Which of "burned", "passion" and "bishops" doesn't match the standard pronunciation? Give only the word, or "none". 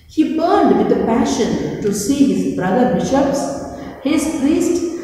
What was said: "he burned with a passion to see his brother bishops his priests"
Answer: none